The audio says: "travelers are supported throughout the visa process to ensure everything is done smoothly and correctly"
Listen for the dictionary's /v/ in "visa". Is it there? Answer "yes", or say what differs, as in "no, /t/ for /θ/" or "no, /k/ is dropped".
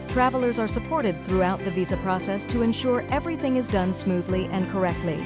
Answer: yes